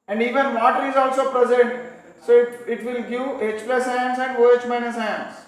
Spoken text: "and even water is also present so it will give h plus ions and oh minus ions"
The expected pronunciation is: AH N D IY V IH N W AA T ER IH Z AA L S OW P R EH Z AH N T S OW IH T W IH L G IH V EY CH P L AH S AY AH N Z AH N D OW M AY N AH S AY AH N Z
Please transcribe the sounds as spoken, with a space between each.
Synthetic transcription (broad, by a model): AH N D IY V IH N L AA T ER IH Z AA L S OW P R EH Z AH N T S OW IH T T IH L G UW EY CH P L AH S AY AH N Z AH N D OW M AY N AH S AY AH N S